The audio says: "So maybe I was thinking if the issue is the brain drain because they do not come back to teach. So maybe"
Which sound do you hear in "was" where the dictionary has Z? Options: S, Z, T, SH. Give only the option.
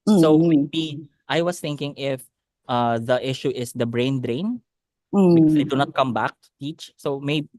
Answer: S